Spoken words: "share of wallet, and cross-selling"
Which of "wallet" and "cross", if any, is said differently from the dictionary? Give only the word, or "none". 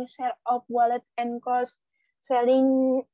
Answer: cross